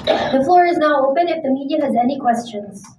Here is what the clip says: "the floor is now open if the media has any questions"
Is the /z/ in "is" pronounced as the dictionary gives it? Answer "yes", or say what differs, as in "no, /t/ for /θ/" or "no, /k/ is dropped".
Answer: yes